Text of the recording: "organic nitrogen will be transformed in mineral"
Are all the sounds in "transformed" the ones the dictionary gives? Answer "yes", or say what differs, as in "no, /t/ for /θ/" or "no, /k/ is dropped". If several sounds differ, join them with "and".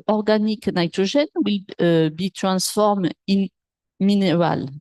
no, /d/ is dropped